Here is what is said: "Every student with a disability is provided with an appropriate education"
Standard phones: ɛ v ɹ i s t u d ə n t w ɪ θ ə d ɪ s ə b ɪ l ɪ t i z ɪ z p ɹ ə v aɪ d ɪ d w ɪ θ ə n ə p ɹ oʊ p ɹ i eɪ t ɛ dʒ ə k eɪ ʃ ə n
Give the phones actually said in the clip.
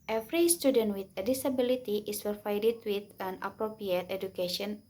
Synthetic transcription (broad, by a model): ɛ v ɹ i s t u d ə n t w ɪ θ ə d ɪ s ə b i l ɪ t i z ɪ s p ə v aɪ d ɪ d w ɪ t ə n ə p ɹ oʊ p ɹ i eɪ t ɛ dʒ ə k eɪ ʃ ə n